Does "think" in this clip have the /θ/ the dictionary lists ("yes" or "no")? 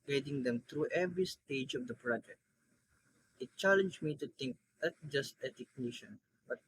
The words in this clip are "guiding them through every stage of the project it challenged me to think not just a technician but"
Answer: no